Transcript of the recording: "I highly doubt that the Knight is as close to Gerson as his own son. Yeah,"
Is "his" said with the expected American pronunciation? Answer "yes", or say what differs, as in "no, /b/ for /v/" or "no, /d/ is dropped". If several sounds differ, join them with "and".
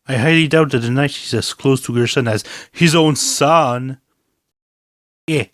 yes